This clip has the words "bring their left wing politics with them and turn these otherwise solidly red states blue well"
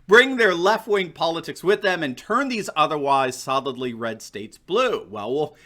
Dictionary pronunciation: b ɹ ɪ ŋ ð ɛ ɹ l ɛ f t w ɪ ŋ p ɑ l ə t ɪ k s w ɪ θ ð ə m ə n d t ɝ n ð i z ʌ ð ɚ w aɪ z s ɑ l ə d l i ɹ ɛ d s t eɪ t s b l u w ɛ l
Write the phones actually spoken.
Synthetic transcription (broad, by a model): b ɹ ɪ ŋ ð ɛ ɹ l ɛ f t w ɪ ŋ p ɑ l ə t ɪ k s w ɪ ð ə m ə n t ɝ n ð i z ʌ ð ɚ w aɪ z s ɑ l ə d l i ɹ ɛ d s t eɪ t s b l u w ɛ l